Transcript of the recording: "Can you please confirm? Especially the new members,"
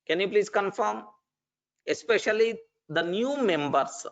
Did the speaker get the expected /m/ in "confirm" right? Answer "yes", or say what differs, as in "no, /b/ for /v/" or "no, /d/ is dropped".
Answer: yes